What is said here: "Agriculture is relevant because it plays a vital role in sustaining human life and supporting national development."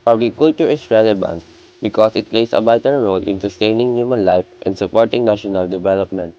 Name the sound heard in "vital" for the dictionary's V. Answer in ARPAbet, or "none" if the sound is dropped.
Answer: B